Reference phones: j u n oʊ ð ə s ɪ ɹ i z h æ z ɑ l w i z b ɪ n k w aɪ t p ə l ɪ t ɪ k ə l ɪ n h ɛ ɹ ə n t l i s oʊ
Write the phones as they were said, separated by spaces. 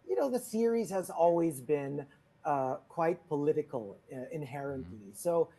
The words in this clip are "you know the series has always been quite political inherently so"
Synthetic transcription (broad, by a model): j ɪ n oʊ ð ə s ɪ ɹ i z h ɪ z ɑ l w i z b ɪ n k w aɪ t p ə l ɪ t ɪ k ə l ɪ n h ɛ ɹ ə n t l i s oʊ